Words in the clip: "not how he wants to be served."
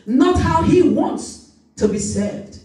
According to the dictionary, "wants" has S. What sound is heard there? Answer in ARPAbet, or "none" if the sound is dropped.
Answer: S